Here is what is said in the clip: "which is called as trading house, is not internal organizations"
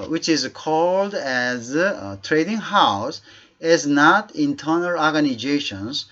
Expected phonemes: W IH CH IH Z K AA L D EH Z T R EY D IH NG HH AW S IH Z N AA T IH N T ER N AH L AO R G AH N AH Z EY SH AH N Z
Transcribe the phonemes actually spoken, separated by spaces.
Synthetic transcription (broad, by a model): W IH CH IH Z K AA L D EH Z T R EY D IH NG HH AW S IH Z N AA T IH N T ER N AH L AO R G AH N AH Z EY SH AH N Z